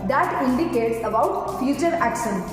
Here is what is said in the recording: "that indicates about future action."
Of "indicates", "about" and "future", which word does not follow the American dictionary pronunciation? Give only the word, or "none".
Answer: none